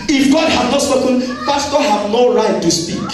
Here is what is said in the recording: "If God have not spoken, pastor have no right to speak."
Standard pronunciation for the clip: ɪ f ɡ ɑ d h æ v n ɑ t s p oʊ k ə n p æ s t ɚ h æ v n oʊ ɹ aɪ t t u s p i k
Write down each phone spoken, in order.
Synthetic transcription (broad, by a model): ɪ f ɡ ɑ d h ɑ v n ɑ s oʊ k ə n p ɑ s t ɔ h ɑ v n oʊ ɹ aɪ t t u s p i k